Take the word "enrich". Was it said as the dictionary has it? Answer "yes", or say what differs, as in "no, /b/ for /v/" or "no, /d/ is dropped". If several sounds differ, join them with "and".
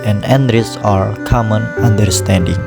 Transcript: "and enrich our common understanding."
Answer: no, /s/ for /tʃ/